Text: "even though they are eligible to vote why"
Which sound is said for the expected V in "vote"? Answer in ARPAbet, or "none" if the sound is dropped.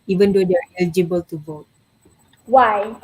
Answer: V